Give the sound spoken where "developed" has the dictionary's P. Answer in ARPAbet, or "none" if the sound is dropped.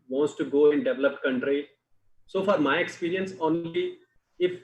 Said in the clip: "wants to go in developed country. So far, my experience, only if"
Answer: P